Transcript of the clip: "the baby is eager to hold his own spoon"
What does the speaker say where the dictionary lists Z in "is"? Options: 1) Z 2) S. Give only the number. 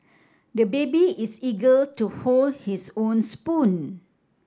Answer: 2